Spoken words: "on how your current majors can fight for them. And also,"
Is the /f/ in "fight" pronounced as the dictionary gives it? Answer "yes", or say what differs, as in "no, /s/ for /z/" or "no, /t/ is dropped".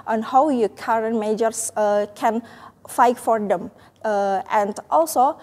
yes